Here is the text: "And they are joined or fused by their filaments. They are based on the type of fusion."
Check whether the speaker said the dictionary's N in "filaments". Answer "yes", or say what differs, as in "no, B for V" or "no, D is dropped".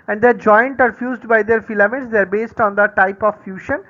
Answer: no, N is dropped